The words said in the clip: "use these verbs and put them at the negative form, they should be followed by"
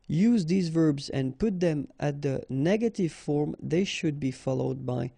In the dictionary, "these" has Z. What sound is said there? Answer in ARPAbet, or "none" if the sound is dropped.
Z